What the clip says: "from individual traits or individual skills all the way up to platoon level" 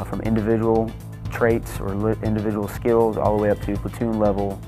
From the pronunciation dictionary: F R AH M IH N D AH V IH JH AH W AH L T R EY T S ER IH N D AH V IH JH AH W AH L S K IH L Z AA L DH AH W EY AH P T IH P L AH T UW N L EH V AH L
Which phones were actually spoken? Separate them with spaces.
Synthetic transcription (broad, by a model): F R AH M IH N D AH V IH JH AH W L T R EY T S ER IH N D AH V IH JH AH W L S K IH L Z AA L DH AH W EY AH P T IH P AH T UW N L EH V L